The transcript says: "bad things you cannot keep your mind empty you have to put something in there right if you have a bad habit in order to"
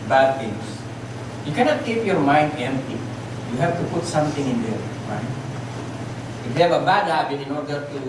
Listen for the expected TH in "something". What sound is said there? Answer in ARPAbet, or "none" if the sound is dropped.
T